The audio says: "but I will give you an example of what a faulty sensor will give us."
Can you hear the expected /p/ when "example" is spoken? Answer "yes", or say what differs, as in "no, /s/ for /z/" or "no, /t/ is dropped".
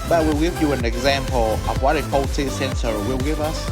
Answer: yes